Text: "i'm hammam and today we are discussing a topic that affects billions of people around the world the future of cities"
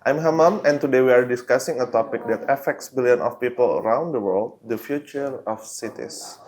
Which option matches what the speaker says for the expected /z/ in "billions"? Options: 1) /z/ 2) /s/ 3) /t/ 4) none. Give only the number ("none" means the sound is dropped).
4